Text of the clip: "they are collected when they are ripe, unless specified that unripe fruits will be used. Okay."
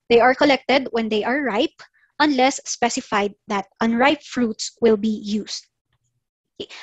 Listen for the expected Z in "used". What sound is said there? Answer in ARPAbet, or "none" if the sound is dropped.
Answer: S